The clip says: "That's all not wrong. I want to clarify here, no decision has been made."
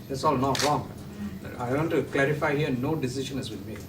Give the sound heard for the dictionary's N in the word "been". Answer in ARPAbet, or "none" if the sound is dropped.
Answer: L